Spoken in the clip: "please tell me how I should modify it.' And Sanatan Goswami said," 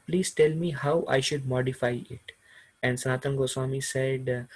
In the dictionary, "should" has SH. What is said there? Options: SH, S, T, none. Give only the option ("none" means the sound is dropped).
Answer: SH